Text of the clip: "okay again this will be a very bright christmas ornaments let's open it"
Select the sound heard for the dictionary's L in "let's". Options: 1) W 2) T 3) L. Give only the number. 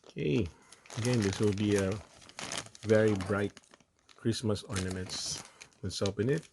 1